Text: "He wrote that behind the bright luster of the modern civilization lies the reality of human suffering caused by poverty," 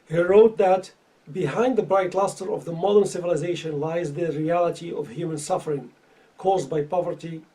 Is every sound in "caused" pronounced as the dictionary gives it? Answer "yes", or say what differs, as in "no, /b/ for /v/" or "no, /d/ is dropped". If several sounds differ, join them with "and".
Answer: yes